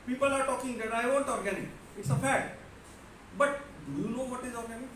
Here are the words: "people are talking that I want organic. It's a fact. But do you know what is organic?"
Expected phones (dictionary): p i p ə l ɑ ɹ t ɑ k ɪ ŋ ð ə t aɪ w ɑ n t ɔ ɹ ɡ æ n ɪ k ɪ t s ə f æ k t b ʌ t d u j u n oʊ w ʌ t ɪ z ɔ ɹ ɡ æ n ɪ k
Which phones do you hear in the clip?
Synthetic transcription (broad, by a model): p i p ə l ɑ ɹ t ɑ k ɪ ŋ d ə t aɪ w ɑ n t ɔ ɹ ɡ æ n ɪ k ɪ t s ə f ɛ t b ʌ t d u j u n oʊ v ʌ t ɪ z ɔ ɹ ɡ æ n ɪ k